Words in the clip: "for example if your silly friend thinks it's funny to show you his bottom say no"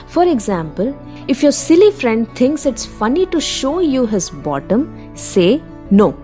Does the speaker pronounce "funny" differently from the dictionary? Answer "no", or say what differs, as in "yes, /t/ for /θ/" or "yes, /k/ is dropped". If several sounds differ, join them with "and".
no